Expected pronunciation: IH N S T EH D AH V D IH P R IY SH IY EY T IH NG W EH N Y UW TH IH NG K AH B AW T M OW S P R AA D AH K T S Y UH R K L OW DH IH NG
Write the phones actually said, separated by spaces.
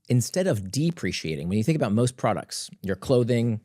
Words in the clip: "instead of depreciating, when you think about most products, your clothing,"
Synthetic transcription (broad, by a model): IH N S T EH D AH V D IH P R IY SH IY EY T IH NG W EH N Y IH TH IH NG K AH B AW T M OW S P R AA D AH K T S Y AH R K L OW DH IH NG